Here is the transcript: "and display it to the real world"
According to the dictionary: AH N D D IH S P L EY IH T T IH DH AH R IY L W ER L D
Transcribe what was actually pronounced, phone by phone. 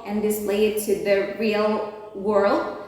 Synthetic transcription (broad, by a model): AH N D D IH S L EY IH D T IH DH AH R IY L W ER L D